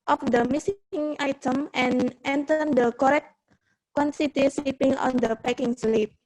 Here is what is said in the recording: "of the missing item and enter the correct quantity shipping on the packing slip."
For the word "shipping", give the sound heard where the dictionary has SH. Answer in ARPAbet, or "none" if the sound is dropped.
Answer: S